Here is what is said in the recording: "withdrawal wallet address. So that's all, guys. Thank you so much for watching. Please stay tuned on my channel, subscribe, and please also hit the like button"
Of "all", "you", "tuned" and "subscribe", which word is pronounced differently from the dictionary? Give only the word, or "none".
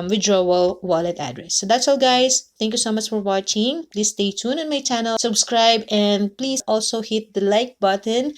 tuned